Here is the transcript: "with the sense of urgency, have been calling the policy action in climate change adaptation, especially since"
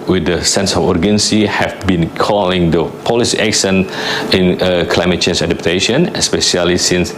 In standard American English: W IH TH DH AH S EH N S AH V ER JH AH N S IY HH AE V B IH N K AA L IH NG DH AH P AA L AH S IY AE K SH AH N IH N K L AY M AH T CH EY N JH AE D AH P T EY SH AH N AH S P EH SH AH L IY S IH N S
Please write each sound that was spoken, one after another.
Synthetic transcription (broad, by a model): W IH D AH S EH N S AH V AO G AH N S IY HH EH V B IH N K AA L IH NG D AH P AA L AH S IY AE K S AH N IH N K L AY M AH T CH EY N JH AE D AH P T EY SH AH N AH S P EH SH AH L IY S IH N S